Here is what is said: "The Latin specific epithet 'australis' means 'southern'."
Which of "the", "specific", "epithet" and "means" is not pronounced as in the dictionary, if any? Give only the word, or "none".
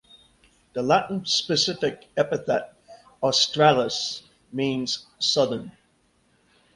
none